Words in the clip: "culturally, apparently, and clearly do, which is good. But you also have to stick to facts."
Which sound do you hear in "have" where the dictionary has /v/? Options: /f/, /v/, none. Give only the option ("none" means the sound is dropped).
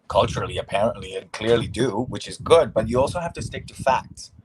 /f/